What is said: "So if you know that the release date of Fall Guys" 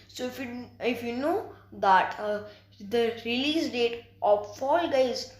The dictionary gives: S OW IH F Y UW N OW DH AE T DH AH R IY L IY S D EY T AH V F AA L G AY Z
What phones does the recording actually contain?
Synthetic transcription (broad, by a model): S OW IH F Y UW N OW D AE T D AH R IY L IY S D EY T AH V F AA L G AY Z